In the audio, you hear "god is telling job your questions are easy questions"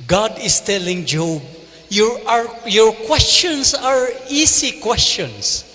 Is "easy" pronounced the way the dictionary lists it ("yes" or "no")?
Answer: no